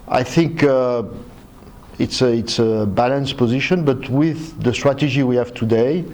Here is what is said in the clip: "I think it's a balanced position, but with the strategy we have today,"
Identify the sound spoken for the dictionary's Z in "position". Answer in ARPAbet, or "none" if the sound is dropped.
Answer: Z